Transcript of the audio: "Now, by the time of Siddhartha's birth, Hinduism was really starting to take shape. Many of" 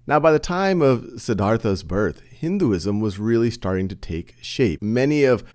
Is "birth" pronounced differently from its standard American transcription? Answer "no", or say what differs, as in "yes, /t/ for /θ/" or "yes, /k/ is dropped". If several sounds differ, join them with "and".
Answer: no